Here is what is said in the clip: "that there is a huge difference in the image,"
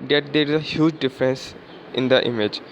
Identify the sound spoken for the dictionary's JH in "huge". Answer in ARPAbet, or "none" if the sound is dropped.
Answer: JH